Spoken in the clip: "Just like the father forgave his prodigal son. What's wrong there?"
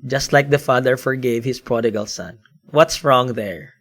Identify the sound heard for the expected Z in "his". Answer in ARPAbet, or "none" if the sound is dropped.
S